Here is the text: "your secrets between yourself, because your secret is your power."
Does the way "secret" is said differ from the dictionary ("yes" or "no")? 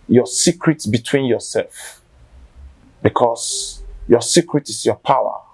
no